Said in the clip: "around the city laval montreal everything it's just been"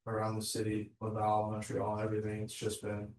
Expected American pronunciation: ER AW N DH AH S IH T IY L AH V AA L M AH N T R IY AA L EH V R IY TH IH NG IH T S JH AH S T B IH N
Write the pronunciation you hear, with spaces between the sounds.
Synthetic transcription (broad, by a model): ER AW N DH AH S IH T IY W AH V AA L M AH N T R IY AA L EH V R IY TH IH NG IH T S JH AH S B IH N